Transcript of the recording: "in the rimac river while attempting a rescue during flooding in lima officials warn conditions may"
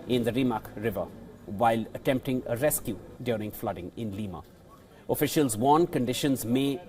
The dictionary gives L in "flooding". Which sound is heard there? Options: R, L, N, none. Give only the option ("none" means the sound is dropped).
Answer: L